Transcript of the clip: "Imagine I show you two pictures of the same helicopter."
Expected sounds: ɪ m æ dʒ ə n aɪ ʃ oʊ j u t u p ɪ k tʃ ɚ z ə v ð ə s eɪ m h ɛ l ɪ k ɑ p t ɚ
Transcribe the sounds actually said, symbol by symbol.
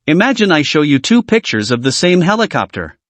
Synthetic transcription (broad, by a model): ɪ m æ dʒ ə n aɪ ʃ oʊ j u t u p ɪ k tʃ ɚ z ə v ð ə s eɪ m h ɛ l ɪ k ɑ p t ɚ